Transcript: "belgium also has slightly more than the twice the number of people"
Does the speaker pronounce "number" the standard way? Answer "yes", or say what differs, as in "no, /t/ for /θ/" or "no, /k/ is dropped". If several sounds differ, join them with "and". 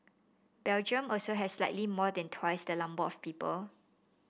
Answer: no, /l/ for /n/